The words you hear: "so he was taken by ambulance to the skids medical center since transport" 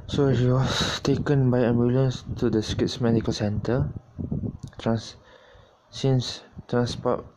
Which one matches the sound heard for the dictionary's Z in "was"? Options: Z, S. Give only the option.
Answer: S